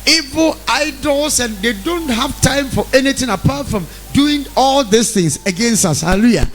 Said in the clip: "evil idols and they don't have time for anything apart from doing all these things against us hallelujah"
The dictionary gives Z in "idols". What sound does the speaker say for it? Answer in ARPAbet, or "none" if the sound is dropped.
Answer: S